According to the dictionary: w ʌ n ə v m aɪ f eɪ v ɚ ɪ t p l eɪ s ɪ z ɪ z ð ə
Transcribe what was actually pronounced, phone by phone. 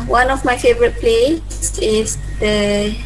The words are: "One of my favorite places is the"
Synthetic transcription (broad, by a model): w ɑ n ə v m aɪ f eɪ v ɚ ɪ t p l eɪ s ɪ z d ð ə